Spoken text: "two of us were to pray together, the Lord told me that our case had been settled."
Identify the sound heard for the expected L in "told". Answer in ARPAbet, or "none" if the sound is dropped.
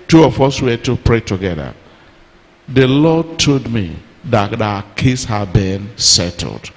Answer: none